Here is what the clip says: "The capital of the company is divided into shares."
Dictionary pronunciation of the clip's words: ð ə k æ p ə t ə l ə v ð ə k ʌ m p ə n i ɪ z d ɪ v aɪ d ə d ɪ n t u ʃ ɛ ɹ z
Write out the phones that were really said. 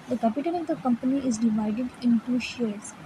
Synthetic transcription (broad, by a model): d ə k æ p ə t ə n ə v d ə k ʌ m p ə n i ɪ z d ɪ v aɪ d ə d ɪ n t u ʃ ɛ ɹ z